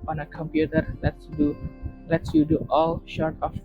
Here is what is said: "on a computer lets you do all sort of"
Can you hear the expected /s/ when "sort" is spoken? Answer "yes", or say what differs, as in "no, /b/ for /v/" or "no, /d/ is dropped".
no, /ʃ/ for /s/